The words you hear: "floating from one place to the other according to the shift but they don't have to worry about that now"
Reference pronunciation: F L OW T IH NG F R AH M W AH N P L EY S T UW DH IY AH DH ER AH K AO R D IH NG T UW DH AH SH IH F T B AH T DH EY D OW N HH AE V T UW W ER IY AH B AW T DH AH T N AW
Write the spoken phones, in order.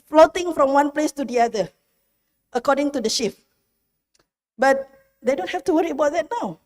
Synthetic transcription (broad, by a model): F L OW T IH NG F R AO M W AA N P L EY S T UW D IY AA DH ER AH K AO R D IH NG T UW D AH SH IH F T B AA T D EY D OW N HH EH F T UW W ER IY AH B AW T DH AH T N AW